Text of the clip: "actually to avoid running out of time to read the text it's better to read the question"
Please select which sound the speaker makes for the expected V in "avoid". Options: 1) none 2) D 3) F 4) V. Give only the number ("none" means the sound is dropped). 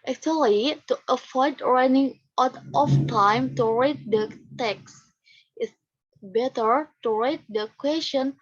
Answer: 3